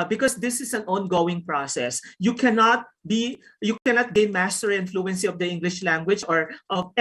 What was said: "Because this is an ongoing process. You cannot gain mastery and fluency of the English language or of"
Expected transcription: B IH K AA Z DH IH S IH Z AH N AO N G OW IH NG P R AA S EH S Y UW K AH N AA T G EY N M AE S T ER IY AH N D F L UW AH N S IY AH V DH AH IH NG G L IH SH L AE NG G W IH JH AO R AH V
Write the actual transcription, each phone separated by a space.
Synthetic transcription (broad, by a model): B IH K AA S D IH S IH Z AH N AO N G OW IH NG P R AA S EH S Y UW K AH N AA T G EY N M AE S T ER IY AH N F L UW AH N S IY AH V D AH IH NG G L IH SH L AE NG G W IH JH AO R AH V